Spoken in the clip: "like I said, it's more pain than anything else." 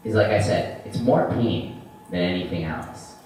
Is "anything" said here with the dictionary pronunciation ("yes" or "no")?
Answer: yes